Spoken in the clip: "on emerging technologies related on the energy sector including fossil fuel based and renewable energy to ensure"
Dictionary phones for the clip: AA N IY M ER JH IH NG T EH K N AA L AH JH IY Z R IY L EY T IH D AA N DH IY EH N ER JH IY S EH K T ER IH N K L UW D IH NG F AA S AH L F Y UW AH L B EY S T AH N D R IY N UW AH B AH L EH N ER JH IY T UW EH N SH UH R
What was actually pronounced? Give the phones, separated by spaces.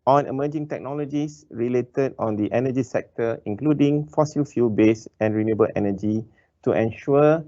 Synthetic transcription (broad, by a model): AA N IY M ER JH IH NG T EH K N AA L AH JH IY S R IY L EY T IH D AA N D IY EH N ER JH IY S EH K T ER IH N K L UW D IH NG F AA S AH L F Y UW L B EY S AH N R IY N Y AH B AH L EH N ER JH IY T UW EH N SH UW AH